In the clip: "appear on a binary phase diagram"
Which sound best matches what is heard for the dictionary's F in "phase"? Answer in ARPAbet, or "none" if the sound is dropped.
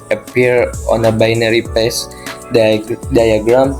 P